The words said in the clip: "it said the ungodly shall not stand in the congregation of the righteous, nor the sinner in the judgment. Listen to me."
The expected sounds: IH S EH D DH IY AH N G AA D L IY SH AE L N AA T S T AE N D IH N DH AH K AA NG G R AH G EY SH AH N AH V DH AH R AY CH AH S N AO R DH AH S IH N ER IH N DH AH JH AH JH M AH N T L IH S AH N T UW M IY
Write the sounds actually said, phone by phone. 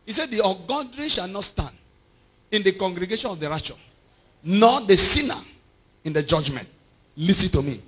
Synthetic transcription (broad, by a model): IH S EH D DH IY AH G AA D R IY SH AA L N AA T S T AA N D IH N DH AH K AA NG G R AH G EY SH AH N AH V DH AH R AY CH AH N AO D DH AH S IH N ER IH N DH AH JH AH JH M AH N T L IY S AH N T UW M IY